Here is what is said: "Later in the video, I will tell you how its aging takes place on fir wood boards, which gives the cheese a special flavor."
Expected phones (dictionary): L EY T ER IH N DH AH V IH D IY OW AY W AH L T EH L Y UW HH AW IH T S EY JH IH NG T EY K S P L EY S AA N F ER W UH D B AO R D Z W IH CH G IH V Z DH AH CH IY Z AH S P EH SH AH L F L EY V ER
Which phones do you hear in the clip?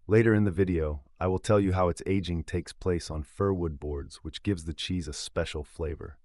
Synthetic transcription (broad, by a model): L EY T ER IH N DH AH V IH D IY OW AY W AH L T EH L Y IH HH AW IH T S EY JH IH NG T EY K S P L EY S N F ER W UH D B AO R D Z W IH CH G IH V Z DH AH CH IY Z AH S P EH SH L F L EY V ER